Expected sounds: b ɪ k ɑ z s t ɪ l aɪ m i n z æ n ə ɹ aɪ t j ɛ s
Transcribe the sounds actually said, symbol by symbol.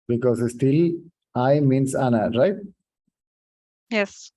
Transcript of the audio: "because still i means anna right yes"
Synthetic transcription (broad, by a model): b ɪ k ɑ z s t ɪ l aɪ m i n s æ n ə ɹ aɪ t j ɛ s